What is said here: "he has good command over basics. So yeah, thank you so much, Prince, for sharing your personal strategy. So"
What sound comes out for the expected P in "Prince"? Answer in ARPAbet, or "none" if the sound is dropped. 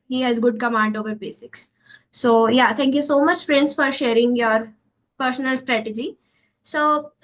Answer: F